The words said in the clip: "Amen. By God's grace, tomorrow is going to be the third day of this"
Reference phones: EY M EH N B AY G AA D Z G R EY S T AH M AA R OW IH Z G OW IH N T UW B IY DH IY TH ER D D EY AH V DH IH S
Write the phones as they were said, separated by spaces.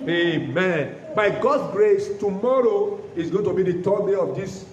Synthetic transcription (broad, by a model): EY M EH N B AY G AA D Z G R EY S T AH M AA R OW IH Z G OW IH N T UW B IY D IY T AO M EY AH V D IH S